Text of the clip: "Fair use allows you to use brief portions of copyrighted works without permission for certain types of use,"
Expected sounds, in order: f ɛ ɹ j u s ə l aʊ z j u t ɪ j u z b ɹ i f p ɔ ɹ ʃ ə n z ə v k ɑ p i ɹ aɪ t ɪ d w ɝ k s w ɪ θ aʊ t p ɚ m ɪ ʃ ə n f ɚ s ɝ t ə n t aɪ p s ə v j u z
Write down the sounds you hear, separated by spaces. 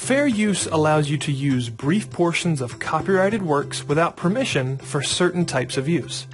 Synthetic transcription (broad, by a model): f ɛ ɹ j u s ə l aʊ z j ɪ t ɪ j u z b ɹ i f p ɔ ɹ ʃ ə n z ə v k ɑ p i ɹ aɪ t ɪ d w ɝ k s w ɪ θ aʊ t p ɚ m ɪ ʃ ə n f ɚ s ɝ t n t aɪ p s ə v j u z